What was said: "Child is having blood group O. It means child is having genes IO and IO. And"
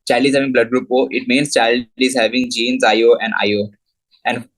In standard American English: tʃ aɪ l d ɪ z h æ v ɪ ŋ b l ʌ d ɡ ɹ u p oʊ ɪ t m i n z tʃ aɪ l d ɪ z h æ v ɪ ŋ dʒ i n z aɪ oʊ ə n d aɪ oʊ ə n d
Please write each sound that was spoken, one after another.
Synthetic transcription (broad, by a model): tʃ aɪ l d ɪ z h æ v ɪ ŋ b l ʌ d ɡ ɹ u p oʊ ɪ t m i n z tʃ aɪ l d ɪ z h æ v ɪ ŋ dʒ i n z aɪ oʊ ə n d aɪ oʊ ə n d